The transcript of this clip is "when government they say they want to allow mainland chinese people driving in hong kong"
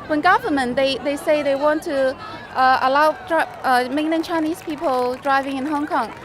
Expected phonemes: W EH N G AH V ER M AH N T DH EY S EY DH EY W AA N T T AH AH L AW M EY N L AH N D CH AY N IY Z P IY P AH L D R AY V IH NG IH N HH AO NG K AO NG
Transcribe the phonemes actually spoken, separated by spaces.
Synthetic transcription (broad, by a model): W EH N G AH V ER M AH N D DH EY S EY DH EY W AA N T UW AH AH L AW M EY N AH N CH AY N IY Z P IY P AH L D R AY V IH NG IH N HH AO NG K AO NG